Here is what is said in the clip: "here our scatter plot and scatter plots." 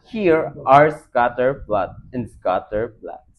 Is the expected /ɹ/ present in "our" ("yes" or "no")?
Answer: yes